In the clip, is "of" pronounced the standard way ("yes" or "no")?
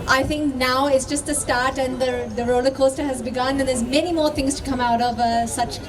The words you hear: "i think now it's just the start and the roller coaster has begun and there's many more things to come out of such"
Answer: yes